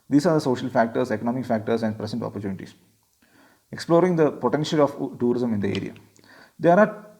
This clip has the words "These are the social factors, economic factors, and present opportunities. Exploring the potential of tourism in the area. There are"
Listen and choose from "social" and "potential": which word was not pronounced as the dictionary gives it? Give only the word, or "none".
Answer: none